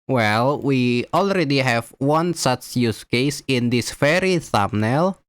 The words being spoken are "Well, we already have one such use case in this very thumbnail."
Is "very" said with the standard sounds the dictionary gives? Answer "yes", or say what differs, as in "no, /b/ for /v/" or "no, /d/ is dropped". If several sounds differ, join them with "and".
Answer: no, /f/ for /v/